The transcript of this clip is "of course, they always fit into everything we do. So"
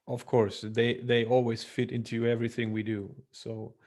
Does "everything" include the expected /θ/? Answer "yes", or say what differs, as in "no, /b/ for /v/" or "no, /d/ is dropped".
yes